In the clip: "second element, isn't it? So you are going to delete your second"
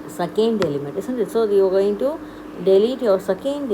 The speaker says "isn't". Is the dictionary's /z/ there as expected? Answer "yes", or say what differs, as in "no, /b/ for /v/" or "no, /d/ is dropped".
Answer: no, /s/ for /z/